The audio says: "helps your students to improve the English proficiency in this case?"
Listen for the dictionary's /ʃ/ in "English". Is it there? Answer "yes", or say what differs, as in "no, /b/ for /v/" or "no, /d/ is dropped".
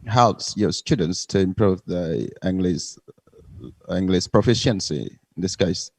no, /s/ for /ʃ/